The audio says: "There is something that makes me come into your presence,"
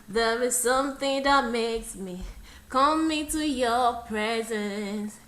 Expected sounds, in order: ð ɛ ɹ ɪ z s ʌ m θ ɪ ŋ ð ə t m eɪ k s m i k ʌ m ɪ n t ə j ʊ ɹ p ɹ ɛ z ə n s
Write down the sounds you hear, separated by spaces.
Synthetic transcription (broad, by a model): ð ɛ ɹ ɪ z s ʌ m θ ɪ ŋ ð ə t m eɪ k s m i k ʌ m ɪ t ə j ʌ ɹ p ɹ ɛ z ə n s